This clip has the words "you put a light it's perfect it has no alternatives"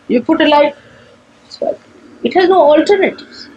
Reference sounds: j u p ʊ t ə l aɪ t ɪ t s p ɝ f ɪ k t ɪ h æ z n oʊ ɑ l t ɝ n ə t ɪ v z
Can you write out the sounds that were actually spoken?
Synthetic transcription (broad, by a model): j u p ʊ t ə l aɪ ɪ t s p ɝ ɪ t h æ z n oʊ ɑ l t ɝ n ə t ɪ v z